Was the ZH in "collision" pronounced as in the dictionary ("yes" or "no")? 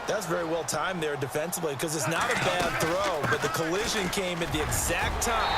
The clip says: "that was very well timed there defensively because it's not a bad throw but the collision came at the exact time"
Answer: yes